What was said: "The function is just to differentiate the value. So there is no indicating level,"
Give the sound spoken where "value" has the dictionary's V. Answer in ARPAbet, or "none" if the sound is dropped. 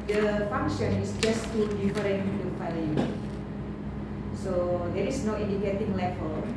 F